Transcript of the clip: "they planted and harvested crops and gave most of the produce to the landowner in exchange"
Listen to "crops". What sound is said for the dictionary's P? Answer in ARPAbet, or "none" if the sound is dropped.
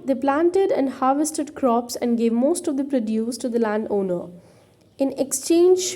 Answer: P